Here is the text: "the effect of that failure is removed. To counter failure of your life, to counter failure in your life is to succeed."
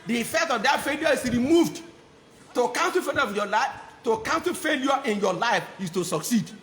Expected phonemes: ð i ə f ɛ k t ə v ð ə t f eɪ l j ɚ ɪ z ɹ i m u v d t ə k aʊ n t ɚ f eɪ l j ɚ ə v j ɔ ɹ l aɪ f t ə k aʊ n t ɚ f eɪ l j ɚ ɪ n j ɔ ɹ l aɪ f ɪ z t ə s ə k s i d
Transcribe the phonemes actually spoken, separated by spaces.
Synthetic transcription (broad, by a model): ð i ə f ɛ k t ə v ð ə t f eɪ l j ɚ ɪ s ɹ i m u v d t ə k aʊ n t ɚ f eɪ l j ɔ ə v j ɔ l aɪ f t ə k aʊ n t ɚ f eɪ l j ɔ ɪ n j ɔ l aɪ f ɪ s t ə s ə k s i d